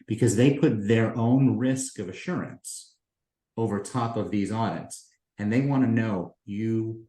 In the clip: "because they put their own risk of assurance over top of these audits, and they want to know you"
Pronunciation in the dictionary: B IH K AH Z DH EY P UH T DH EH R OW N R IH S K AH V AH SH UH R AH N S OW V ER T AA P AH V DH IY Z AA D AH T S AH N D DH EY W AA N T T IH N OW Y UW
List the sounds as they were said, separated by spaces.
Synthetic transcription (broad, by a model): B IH K AH Z DH EY P UH T DH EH R OW N R IH S K AH V AH SH UH R AH N S OW V ER T AA P AH V DH IY Z AA D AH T S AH N DH EY W AA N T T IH N OW Y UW